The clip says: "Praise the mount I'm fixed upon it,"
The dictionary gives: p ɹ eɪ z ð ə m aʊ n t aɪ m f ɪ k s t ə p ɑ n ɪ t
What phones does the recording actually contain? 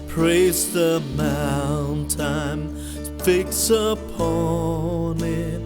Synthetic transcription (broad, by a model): p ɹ eɪ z ð ə m aʊ n t aɪ m f ɪ k s ə p ɑ n ɪ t